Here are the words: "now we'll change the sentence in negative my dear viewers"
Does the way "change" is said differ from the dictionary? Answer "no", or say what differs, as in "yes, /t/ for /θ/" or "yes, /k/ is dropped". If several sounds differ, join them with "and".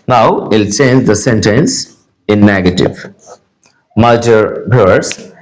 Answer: no